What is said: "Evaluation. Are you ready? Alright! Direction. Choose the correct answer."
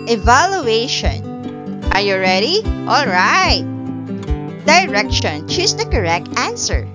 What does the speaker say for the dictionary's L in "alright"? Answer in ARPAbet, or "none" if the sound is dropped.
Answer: L